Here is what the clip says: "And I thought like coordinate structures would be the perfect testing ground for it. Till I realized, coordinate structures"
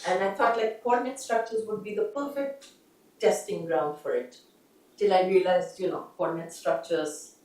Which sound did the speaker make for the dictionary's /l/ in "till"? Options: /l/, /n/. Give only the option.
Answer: /l/